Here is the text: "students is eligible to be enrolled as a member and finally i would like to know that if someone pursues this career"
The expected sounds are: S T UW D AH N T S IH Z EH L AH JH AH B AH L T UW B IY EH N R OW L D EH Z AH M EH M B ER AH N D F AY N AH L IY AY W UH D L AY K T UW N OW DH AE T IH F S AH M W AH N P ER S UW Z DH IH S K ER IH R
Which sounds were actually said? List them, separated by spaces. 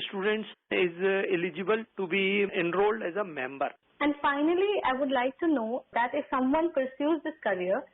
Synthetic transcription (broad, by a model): S T UW D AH N T S IH Z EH L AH JH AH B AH L T UW B IY EH N R OW L D EH Z AH M EH M B ER AH N D F AY N AH L IY AY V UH D L AY K T UW N OW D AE T IH F S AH M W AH N P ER S UW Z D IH S K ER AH R